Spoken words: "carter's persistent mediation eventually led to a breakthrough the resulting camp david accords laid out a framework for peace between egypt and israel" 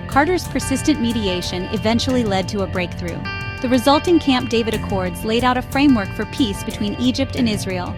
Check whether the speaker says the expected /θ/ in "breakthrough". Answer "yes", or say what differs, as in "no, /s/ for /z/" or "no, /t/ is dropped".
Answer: yes